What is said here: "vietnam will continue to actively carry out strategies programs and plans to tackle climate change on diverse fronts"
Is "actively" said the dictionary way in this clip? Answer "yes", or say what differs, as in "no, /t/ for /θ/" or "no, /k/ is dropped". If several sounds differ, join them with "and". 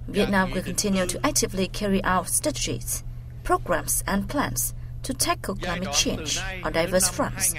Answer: yes